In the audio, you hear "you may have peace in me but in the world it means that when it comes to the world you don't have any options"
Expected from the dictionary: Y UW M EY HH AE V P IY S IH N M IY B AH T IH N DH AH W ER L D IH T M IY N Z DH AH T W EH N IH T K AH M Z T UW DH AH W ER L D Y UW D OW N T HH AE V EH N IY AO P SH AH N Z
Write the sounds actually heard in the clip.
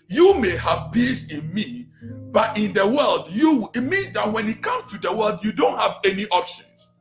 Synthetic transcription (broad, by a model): Y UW M EY HH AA V B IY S IH N M IY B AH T IH N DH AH W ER L D IH T M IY N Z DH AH T W EH N IH T K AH M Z T UW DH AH W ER L D Y UW D OW N T HH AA V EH N IY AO P SH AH N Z